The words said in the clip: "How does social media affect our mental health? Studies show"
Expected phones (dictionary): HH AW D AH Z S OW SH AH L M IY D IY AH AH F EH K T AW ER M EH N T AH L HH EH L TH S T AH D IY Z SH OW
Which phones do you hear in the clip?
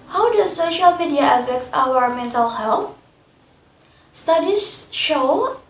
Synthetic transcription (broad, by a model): HH AW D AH S OW SH AH L M IY D IY AH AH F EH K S AW ER M EH N T AH L HH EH L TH S T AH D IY SH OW